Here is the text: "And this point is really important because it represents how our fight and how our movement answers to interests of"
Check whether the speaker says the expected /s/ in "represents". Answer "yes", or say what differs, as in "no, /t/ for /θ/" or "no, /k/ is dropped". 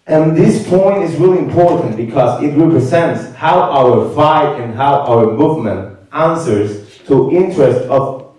yes